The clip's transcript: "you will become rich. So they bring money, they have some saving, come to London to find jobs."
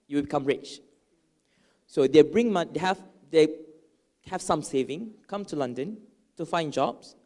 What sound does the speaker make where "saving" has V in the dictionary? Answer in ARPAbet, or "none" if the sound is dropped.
V